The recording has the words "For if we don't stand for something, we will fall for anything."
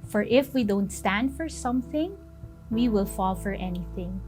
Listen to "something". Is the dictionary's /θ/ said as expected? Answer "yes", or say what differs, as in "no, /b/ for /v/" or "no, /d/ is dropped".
yes